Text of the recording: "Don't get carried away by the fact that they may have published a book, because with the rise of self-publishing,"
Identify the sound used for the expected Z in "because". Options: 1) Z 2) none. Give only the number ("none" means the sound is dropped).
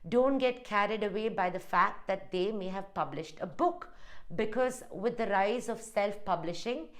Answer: 1